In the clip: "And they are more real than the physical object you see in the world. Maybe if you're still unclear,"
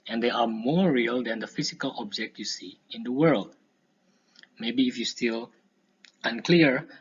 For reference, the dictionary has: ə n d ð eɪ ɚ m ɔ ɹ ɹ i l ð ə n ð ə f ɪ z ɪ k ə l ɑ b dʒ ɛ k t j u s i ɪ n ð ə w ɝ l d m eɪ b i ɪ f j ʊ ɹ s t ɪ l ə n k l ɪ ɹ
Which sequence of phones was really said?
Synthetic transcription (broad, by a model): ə n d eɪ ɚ m ɔ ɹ ɹ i l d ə n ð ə f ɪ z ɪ k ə l ɑ b dʒ ɛ k t j u s i ɪ n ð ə w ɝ l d m eɪ b i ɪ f j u s t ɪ l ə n k l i ɹ